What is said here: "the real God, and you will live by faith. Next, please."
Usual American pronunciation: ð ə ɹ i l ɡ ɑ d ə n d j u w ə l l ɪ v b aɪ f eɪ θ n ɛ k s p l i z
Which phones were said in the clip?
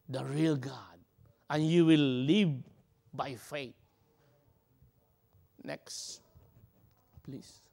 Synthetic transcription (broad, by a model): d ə ɹ i l ɡ ɑ d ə n j u w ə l l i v b aɪ f eɪ t n ɛ k s p l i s